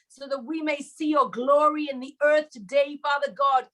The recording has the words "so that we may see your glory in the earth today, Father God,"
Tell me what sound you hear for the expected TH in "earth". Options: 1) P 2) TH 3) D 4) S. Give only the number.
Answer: 2